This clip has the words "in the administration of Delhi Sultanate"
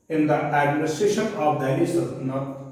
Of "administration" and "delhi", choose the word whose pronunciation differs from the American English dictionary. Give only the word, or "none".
delhi